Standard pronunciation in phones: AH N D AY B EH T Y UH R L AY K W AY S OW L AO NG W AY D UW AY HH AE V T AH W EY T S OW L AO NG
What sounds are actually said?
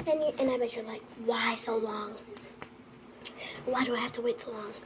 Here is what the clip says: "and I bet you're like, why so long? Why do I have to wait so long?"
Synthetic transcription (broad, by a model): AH N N AY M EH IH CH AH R L AY K W AY S OW L AO NG W AY D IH AY HH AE F T AH W EY T S OW L AO NG